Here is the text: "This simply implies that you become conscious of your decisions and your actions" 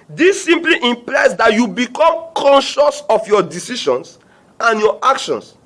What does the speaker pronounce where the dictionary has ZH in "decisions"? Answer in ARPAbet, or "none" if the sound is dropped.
SH